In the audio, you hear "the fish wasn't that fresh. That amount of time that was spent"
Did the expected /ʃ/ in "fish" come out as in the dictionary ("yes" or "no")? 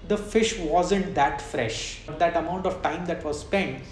yes